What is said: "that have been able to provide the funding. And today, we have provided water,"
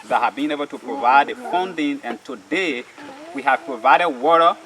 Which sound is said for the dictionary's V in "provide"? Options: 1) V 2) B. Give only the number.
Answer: 1